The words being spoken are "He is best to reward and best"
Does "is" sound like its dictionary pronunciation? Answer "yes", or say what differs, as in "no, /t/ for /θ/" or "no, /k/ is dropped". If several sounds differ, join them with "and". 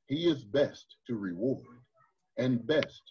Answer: yes